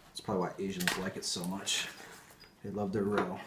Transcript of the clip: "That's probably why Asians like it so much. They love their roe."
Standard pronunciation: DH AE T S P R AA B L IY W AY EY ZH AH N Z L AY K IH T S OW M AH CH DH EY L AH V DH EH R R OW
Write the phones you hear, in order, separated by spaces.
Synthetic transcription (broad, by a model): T S P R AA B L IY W AY EY ZH AH N Z L AY K IH T S OW M AH CH DH EY L AH V DH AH R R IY